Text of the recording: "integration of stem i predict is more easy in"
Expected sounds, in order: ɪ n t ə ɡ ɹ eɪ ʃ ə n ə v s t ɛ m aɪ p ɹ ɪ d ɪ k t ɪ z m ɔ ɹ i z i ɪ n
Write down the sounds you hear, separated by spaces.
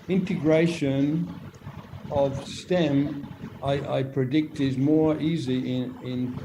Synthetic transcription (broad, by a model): ɪ n t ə ɡ ɹ eɪ ʃ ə n ə v s t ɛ m aɪ p ɹ ɪ d ɪ k t ɪ z m ɔ ɹ i z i ɪ n